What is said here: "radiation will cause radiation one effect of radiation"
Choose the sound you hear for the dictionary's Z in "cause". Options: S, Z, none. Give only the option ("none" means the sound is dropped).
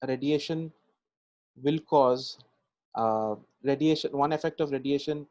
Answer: Z